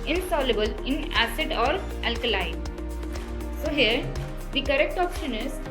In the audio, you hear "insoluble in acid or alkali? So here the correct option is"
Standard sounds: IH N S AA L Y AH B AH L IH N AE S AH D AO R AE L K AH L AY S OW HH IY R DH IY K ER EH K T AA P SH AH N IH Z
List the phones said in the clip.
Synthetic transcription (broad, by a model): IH N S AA L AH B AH L IH N AE S AH D AO R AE L K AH L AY S OW HH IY R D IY K ER EH K T AA P SH AH N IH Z